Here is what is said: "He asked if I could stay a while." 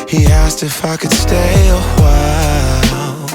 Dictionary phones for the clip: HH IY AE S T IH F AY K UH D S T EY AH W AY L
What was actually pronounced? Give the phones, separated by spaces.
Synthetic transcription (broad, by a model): HH IY AE S T IH F AY K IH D S T EY AH W AY L